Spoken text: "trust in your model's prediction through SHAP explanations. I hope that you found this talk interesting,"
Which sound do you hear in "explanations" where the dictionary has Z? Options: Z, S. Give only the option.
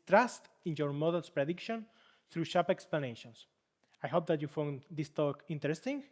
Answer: S